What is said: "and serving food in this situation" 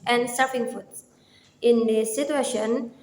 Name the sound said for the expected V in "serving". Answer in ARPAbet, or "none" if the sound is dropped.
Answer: P